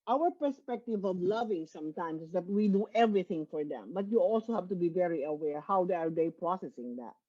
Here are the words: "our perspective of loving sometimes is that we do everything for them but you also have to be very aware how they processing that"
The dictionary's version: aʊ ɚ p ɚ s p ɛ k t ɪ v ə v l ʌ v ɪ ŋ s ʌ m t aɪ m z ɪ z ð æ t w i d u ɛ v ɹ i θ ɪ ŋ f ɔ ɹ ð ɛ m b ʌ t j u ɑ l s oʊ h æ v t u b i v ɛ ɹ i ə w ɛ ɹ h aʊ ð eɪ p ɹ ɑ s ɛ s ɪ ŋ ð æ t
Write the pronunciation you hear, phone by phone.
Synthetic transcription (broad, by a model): aʊ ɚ p ɚ s p ɛ k t ɪ v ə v l ʌ v ɪ ŋ s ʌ m t aɪ m s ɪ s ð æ t w i d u ɛ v ɹ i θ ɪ ŋ f ɔ ɹ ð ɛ m b ʌ t j u ɑ l s oʊ h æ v t u b i v ɛ ɹ i ə w ɛ ɹ h aʊ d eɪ p ɹ ɑ s ɛ s ɪ ŋ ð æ t